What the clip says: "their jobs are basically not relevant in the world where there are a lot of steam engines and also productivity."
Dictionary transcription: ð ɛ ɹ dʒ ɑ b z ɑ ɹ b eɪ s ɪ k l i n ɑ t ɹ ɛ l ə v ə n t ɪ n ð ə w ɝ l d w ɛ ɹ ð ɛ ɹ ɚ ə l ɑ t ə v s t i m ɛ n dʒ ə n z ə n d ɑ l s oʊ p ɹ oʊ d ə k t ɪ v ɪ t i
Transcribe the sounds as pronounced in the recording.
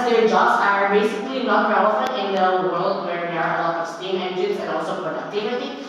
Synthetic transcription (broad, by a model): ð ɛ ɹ dʒ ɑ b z ɑ ɹ b eɪ s ɪ k l i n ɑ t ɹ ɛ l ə f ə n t ɪ n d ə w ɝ l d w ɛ ɹ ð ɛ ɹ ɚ ə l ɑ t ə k s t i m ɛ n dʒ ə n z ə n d ɑ l s oʊ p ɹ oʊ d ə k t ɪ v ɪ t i